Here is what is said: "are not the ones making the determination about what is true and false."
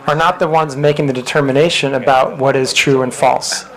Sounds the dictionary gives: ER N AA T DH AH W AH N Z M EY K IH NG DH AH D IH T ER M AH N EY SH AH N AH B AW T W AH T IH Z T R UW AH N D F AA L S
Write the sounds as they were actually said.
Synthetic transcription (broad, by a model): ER N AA T DH AH W AH N Z M EY K IH NG DH AH D IH T ER M AH N EY SH AH N AH B AW T W AH T IH Z T R UW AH N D F AA L S